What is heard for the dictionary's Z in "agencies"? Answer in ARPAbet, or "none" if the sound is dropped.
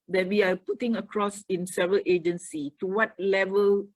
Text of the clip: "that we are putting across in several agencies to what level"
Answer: none